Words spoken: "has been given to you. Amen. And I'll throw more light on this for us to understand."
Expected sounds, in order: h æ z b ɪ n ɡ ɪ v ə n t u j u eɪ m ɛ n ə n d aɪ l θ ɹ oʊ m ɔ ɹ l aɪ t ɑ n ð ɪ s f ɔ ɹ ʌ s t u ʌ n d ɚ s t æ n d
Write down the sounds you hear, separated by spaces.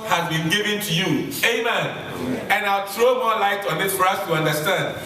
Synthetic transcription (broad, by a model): h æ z b ɪ n ɡ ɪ v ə n t u j u eɪ m ɛ n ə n aɪ l t ɹ oʊ m ɔ l aɪ t ɑ n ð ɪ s f ɔ ɹ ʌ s t u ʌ n d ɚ s t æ n d